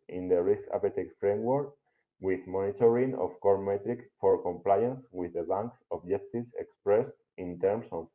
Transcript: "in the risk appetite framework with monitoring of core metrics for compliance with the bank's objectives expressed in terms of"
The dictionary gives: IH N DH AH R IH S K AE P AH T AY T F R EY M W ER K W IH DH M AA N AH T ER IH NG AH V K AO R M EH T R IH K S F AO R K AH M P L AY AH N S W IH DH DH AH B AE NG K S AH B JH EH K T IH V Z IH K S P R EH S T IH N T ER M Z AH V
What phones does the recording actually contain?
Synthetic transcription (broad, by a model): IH N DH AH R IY S K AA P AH T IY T F R EY M W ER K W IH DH M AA N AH T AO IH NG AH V K AO R M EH T R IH K F AO R K AH M P L AY AH N S W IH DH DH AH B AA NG K S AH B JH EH K T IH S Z IH K S P R EH S T IH N T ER M S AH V